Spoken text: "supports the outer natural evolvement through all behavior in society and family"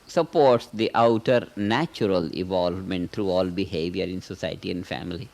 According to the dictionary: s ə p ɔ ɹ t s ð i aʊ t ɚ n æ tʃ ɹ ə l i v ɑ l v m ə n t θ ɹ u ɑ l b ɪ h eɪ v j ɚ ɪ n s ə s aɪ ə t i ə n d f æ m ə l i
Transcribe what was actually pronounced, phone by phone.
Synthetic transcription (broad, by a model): s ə p ɔ ɹ t s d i aʊ t ɚ n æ tʃ ɹ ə l i v ɑ l v m ə n t t ɹ u ɑ l b ɪ h eɪ v j ɚ ɪ n s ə s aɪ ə t i ə n d f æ m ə l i